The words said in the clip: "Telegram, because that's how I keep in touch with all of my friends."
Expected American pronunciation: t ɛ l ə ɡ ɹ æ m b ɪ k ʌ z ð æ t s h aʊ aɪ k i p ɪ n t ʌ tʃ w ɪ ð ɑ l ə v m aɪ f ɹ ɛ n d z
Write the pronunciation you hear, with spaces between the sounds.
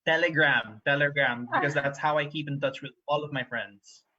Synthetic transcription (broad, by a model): t ɛ l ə ɡ ɹ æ m b ɪ k ʌ z ð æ t s h aʊ aɪ k i p ɪ n t ʌ tʃ w ɪ ð ɑ l ə v m aɪ f ɹ ɛ n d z